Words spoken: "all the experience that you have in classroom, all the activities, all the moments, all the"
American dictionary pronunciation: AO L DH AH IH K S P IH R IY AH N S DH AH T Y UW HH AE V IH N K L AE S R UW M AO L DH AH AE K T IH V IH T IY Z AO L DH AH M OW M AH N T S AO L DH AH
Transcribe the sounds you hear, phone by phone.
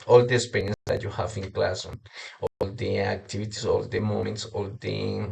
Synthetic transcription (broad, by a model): AO L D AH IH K S P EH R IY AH N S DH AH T Y UW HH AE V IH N K L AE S AO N AO L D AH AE K T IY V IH T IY S AO L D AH M OW M AH N T S AO L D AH